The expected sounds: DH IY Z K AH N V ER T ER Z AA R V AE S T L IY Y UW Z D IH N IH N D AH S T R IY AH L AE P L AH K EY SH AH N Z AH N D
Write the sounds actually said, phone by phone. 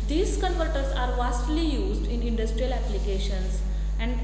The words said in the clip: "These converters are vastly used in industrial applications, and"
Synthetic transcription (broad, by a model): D IY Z K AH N P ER T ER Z AA R V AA S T L IY Y UW Z D IH N IH N D AH S T R IY AH L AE P L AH K EY SH AH N S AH N D